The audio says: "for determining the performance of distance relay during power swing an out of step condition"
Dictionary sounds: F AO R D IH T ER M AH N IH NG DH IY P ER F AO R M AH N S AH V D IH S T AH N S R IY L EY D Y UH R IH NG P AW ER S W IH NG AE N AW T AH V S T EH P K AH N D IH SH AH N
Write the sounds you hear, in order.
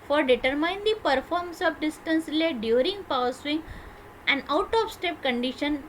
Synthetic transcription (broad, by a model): F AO R D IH T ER M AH IH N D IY P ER F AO R M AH S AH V D IH S T AH N S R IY L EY D Y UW R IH NG P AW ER S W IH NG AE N AW T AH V S T EH P K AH N D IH SH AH N